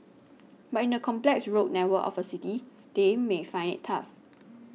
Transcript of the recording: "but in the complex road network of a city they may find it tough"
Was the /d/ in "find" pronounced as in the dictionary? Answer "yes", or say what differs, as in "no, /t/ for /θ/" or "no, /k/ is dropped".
no, /d/ is dropped